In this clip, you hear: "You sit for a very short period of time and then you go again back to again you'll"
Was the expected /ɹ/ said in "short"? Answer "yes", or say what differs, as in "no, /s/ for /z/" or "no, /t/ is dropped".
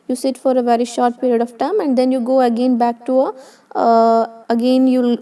yes